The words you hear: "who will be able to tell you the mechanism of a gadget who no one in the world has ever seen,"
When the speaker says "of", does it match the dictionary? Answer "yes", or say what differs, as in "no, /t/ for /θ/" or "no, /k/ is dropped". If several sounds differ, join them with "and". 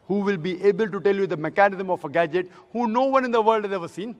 no, /f/ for /v/